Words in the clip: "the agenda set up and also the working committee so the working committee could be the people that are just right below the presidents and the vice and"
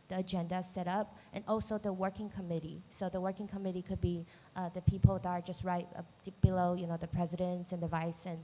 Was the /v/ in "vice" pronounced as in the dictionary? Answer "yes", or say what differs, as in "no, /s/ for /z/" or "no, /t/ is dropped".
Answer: yes